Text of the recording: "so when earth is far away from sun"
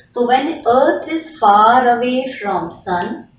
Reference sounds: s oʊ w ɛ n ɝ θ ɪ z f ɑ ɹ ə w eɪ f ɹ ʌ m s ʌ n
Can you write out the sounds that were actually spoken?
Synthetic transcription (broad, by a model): s oʊ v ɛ n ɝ t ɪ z f ɑ ɹ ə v eɪ f ɹ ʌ m s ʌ n